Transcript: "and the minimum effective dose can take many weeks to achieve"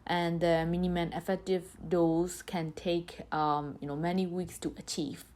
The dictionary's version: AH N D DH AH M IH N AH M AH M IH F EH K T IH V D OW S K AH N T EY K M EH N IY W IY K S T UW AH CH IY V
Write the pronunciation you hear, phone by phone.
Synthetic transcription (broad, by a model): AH N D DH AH M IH N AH M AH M IH F EH K T IH V D OW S K AH N T EY K M EH N IY W IY K S T UW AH CH IY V